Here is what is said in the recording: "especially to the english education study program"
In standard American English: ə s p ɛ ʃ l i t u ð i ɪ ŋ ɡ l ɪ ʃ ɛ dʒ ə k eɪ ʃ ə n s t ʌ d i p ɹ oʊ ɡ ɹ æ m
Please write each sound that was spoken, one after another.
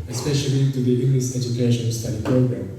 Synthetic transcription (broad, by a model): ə s p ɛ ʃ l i t u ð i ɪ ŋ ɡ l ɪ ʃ ɛ dʒ ə k eɪ ʃ ə n s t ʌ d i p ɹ oʊ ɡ ɹ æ m